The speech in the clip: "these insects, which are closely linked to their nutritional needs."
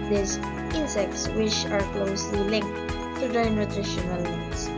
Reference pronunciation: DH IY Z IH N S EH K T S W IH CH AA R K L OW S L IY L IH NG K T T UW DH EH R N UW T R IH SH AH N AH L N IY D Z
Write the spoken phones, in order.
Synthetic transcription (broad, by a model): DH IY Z IH N S EH K T S W IH CH AA R K L OW S L IY L IH NG K T T UW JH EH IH N UW T R IH SH AH N AH L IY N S